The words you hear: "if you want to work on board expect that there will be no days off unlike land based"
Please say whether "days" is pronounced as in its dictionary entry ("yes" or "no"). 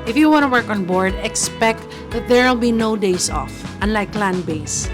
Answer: no